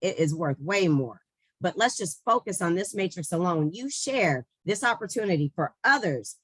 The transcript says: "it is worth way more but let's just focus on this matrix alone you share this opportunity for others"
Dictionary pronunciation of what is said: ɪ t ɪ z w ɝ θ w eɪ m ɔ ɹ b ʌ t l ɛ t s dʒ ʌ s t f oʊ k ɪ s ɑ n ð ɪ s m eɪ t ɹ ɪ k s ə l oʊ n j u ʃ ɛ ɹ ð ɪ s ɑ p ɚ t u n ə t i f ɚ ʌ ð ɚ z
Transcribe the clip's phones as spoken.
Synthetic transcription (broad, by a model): ɪ t ɪ z w ɝ θ w eɪ m ɔ ɹ b ʌ t l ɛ t s dʒ ʌ s t f oʊ k ɪ s n ð ɪ s m eɪ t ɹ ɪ k s ə l oʊ n j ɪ ʃ ɛ ɹ ð ɪ s ɑ p ɚ t u n ə t i f ɚ ʌ ð ɚ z